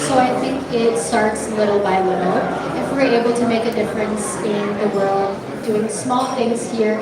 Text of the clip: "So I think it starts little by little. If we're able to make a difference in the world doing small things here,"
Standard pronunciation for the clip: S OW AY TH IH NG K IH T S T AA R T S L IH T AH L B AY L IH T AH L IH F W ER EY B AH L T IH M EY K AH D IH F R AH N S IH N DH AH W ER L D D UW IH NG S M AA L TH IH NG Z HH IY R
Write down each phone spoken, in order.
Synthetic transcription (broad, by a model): S OW AY TH IH NG K IH T S T AA R T S L IH T L B AY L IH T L IH F W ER EY B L T IH M EY K AH D IH F R AH N S IH N DH AH W ER L D D UW IH NG S M AA L TH IH NG Z HH IY R